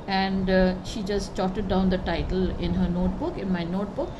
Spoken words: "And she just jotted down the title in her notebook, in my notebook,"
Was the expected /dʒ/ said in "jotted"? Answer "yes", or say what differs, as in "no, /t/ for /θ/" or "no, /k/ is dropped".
no, /tʃ/ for /dʒ/